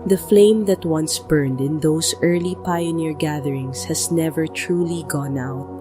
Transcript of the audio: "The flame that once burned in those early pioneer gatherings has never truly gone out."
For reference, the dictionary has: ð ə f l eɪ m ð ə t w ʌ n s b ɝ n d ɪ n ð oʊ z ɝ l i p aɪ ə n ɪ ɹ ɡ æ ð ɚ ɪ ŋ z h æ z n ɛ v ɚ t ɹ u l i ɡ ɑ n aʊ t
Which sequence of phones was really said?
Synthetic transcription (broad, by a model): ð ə f l eɪ m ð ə t w ʌ n s b ɝ n d ɪ n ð oʊ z ɝ l i p aɪ ə n ɪ ɹ ɡ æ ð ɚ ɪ ŋ s h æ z n ɛ v ɚ t ɹ u l i ɡ ɑ n aʊ t